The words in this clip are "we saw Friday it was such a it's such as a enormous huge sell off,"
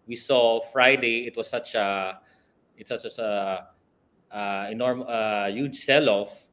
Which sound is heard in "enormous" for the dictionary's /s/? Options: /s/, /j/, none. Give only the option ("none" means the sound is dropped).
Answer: none